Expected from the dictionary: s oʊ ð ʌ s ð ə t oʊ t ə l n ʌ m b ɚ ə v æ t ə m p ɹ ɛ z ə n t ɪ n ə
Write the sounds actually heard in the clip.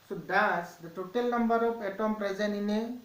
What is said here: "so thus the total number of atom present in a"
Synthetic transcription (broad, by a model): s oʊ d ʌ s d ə t oʊ t ə l n ʌ m b ɚ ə p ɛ t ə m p ɹ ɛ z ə n ɪ n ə